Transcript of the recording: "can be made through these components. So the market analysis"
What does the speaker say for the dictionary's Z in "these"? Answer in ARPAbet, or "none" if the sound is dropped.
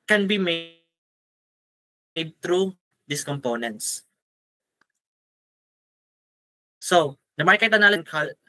S